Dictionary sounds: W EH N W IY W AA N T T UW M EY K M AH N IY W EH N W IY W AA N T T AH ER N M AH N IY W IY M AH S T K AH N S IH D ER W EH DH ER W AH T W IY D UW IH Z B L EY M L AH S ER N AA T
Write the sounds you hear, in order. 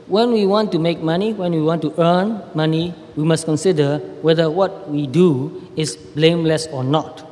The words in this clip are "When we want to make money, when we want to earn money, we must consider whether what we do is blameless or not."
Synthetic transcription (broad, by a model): W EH N W IY W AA N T T UW M EY K M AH N IY W EH N W IY W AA N T T AH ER N M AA N IY W IY M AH S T K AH N S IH D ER W EH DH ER W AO T W IY D UW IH S B L EY M L AH S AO N AA T